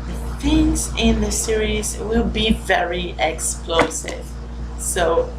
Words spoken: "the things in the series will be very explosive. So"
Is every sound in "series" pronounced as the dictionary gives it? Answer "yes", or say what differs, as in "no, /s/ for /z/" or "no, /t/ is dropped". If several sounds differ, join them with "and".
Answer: yes